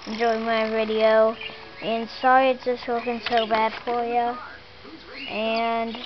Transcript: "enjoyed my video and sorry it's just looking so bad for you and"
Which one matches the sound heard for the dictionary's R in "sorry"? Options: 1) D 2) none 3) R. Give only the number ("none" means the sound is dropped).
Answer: 3